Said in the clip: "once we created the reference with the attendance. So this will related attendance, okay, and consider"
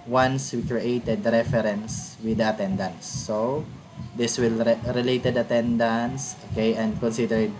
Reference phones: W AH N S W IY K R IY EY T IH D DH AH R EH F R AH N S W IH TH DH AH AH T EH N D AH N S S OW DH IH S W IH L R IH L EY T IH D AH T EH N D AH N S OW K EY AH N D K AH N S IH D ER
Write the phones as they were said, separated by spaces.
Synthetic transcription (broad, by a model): W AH N S W IY K R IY EY T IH D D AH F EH R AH N S W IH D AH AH T EH N D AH N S S OW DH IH S W IH L R IH L EY T IH D AH T EH N D AH N S OW K EY AH N D K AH N S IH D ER